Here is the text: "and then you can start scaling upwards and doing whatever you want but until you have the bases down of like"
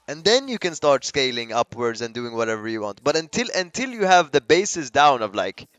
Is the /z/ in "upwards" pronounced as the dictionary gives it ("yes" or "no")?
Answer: yes